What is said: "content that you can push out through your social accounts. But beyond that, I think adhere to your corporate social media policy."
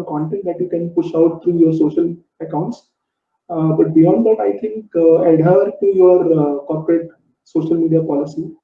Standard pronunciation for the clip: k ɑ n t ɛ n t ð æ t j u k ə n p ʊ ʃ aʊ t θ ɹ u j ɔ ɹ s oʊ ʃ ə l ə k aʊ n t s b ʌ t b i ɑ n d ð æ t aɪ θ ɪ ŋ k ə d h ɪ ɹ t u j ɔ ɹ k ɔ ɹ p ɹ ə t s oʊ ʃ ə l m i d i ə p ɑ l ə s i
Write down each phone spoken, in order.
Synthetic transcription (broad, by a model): k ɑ n t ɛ n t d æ t j u k ə n p ʊ ʃ aʊ t t ɹ u j ɔ ɹ s oʊ ʃ ə l ə k aʊ n t s b ʌ t b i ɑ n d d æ t aɪ t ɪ ŋ k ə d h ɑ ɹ t u j ɔ ɹ k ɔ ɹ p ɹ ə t s oʊ ʃ ə l m i d i ə p ɑ l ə s i